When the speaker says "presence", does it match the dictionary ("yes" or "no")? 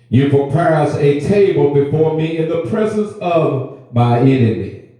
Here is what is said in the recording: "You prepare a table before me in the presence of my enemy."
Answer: yes